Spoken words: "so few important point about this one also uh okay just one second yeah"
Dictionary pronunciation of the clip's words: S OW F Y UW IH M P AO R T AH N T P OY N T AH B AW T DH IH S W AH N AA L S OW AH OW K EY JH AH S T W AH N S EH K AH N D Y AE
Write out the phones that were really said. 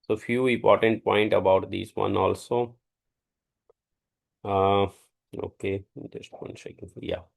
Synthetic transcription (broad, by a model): S OW F Y UW IH M P AO R T AH N T P OY N T AH B AW T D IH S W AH N AA L S OW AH OW K EY JH AH S T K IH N SH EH K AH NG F Y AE